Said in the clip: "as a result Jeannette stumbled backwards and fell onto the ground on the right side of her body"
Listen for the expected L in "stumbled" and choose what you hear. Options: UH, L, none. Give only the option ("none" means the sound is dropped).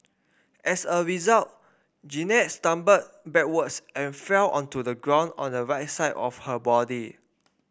none